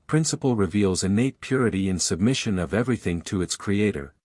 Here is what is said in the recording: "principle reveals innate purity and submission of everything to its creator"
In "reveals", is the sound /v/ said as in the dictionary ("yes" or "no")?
yes